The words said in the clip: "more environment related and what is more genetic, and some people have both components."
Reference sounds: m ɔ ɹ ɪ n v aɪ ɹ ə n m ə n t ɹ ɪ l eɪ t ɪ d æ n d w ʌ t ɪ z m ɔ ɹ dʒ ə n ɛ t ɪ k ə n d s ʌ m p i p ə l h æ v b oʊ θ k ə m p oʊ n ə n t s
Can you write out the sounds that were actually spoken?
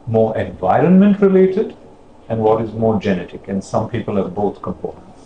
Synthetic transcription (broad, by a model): m ɔ ɹ ɪ n v aɪ ɹ ə n m ə n t ɹ ɪ l eɪ t ɪ d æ n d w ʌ t ɪ z m ɔ ɹ dʒ ə n ɛ t ɪ k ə n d s ʌ m p i p ə l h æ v b oʊ t k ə m p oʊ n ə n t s